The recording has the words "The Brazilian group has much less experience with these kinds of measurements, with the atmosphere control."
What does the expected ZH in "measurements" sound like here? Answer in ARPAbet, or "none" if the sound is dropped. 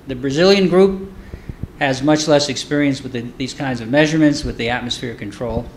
ZH